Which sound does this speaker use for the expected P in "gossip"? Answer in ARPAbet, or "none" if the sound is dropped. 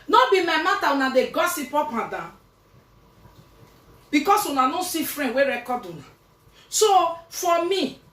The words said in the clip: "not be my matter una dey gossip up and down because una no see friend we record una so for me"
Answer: P